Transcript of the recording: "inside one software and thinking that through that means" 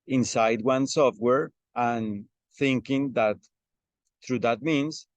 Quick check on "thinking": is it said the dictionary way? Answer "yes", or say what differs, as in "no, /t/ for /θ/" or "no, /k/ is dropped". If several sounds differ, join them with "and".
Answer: yes